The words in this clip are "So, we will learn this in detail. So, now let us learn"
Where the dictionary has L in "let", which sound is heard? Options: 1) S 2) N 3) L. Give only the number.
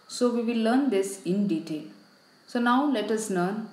3